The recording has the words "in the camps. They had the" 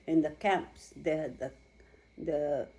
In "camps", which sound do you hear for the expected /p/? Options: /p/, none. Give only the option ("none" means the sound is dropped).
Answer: /p/